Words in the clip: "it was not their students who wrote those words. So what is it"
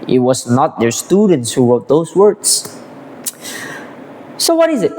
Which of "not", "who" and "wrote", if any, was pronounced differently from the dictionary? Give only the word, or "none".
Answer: wrote